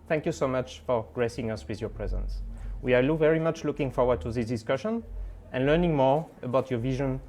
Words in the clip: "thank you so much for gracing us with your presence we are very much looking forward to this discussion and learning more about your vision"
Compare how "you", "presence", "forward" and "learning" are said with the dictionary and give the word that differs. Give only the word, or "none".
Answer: none